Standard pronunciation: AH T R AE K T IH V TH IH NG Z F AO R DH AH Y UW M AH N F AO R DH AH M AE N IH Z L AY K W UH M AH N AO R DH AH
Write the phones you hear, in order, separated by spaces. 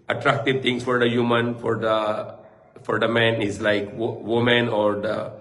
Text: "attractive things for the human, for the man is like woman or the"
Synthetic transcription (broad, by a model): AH T R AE K T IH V T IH NG S F AO R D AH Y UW M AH N F AO R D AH M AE N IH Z L AY K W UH M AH N AO R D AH